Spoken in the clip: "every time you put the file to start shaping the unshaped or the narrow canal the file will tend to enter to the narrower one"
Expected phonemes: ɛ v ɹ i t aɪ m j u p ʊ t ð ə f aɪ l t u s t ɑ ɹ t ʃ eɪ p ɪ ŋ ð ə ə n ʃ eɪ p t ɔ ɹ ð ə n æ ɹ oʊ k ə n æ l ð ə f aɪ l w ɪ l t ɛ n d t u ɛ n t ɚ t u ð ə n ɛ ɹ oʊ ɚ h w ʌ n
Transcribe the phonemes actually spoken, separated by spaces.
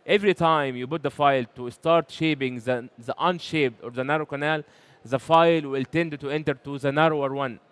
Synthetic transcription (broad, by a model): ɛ v ɹ i t aɪ m j u b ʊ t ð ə f aɪ l t u s t ɑ ɹ t ʃ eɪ b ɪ ŋ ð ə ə n ʃ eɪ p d ɔ ɹ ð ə n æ ɹ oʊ k ə n æ l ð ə f aɪ l w ɪ l t ɛ n d t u ɛ n t ɚ t u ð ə n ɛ ɹ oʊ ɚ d w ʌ n